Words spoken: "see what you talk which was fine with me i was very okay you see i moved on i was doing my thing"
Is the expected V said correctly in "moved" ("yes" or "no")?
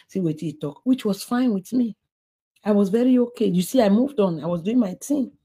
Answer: yes